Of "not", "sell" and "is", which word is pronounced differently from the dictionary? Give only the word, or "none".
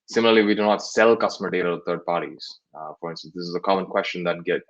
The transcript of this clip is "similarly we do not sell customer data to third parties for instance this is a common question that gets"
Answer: none